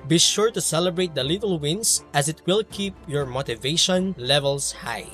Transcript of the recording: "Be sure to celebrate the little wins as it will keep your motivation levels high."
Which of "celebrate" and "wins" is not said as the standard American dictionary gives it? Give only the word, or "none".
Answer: wins